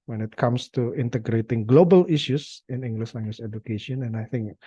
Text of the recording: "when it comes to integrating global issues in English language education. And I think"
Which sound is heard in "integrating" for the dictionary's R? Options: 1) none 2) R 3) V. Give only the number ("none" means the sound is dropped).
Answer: 2